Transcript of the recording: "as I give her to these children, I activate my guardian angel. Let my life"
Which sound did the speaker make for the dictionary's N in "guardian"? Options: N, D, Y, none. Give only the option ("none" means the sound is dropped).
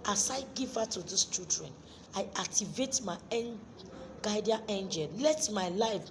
none